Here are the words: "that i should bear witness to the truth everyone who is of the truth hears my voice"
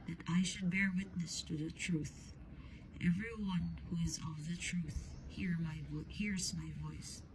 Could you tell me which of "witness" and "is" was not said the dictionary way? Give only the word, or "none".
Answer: none